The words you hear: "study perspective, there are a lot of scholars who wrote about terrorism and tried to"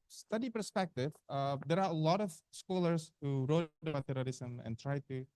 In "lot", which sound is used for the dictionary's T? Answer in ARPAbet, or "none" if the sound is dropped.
T